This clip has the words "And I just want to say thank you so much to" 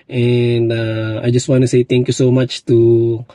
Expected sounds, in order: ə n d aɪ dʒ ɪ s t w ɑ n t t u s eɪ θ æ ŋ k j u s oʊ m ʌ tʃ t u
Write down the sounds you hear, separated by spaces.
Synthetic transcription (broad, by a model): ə n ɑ aɪ dʒ ɪ s t w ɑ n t t u s eɪ t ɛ ŋ k j u s oʊ m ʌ tʃ t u